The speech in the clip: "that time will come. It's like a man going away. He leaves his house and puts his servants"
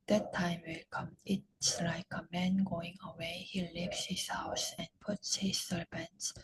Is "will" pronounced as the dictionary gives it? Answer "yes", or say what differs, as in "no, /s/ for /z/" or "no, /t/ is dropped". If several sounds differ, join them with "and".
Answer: yes